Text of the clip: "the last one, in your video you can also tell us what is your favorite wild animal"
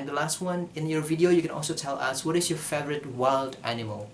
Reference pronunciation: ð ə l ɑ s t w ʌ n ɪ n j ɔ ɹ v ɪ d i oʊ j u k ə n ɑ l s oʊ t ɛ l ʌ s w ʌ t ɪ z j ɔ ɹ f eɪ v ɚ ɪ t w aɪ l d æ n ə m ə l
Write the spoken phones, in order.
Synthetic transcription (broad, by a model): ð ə l ɑ s t w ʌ n ɪ n j ɔ ɹ v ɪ d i oʊ j u k ə n ɑ l s oʊ t ɛ l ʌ s w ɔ t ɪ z j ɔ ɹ f eɪ v ɚ ɪ t w aɪ l d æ n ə m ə l